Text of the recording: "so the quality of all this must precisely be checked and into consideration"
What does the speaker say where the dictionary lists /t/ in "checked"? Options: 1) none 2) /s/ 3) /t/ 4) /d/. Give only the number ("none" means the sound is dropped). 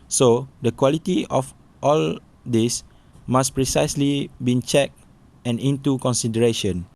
1